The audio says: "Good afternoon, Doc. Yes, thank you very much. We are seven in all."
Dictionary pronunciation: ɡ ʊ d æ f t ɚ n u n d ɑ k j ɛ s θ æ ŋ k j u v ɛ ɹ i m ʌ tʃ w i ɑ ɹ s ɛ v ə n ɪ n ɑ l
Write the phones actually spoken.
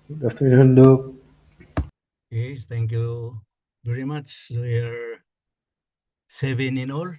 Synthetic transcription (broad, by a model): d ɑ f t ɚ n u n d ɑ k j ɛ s t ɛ ŋ k j u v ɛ ɹ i m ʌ tʃ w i ɑ ɹ s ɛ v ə n ɪ n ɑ l